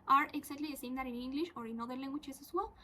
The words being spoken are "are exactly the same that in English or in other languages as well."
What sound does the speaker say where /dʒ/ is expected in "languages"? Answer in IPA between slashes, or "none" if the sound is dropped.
/tʃ/